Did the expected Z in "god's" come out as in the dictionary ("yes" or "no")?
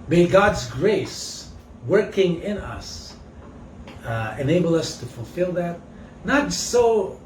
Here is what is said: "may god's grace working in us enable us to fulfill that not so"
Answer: yes